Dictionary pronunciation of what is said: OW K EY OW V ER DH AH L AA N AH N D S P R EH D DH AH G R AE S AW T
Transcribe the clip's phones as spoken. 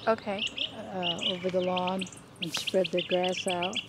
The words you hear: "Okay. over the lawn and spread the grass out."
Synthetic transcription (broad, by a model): OW K EY OW V ER DH AH L AA N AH N S P R EH D DH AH G R AE S AW T